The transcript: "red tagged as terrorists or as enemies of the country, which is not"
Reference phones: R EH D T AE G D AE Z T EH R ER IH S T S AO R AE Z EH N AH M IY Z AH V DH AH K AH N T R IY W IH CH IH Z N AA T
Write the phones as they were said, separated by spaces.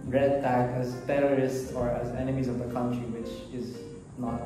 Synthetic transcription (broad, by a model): R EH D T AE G AE Z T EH R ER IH S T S AO R AE Z EH N AH M IY Z AH V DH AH K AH N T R IY W IH CH IH Z N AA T